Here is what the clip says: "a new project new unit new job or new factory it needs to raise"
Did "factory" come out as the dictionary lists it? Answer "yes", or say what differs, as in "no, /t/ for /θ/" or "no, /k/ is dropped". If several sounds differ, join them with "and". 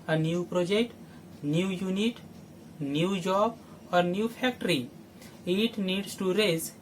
no, /p/ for /f/